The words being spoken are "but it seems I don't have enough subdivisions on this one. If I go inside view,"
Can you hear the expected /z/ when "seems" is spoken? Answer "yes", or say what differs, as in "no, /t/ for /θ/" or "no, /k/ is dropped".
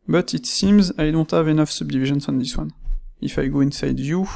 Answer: yes